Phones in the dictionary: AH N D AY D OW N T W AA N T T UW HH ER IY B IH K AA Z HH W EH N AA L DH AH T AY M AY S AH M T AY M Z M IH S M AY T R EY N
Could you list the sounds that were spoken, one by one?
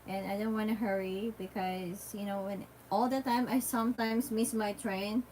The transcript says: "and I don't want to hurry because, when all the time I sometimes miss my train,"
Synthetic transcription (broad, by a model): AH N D AY D OW N T W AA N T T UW HH ER IY B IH K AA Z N W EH N AA L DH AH T AY M AY S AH M T AY M S M IH S M AY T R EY N